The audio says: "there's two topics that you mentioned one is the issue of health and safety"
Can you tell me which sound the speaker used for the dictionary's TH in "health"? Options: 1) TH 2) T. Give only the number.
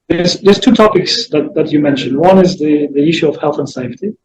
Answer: 1